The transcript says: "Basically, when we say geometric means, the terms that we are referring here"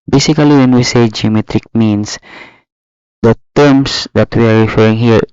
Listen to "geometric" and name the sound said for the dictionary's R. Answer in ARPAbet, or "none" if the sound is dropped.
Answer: R